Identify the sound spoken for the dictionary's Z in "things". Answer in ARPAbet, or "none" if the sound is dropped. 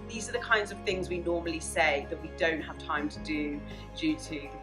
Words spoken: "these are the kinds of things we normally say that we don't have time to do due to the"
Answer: Z